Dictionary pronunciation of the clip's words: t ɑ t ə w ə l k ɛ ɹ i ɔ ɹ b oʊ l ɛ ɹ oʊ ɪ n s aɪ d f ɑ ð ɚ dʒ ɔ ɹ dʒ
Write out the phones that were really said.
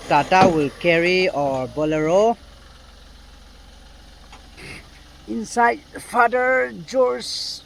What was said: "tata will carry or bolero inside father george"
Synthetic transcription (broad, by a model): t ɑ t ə w ə l k ɛ ɹ i ɔ ɹ b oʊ l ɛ ɹ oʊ ɪ n s aɪ d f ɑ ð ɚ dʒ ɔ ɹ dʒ